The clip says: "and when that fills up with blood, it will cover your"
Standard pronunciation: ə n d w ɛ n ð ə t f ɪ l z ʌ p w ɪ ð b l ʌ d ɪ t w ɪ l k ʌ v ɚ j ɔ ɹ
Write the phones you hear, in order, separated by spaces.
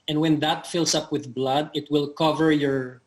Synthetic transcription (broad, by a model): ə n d w ɛ n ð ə t f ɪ l s ʌ p w ɪ ð b l ʌ d ɪ t w ɪ l k ʌ v ɚ j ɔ ɹ